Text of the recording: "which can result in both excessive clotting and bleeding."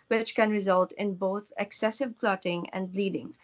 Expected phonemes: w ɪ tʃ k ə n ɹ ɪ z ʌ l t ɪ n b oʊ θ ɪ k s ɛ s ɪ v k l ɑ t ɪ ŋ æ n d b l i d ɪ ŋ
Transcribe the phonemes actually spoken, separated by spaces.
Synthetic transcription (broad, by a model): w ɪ tʃ k ə n ɹ ɪ z ʌ l t ɪ n b oʊ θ ɪ k s ɛ s ɪ v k l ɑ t ɪ ŋ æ n d l i d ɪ ŋ